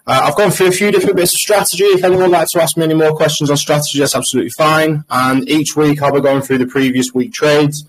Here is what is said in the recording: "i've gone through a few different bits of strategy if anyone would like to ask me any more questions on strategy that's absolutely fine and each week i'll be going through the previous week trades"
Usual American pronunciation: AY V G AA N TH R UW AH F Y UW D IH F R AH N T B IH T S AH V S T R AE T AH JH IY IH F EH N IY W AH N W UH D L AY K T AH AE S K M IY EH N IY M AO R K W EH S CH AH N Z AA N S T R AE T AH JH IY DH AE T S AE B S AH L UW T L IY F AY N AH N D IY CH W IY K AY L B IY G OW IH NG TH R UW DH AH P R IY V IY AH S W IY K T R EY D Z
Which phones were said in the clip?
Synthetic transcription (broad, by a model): AY V G AA N TH R UW AH F Y UW D IH F R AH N B IH T S AH V S T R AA T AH JH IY IH F EH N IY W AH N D L AY K T AH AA S K M IY EH N IY M AO K W EH S CH AH N Z N S T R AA T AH JH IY DH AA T S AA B S AH L UW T L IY F AY N AH N IY CH W IY K AY L B IY G OW IH NG TH R UW DH AH P R IY V IY AH S W IY K T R EY D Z